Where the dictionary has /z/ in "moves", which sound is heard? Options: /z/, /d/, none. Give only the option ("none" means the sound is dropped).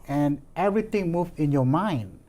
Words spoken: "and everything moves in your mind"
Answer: none